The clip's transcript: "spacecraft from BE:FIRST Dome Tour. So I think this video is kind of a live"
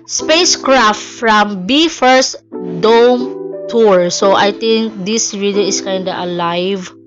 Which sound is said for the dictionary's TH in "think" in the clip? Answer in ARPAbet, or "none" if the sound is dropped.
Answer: T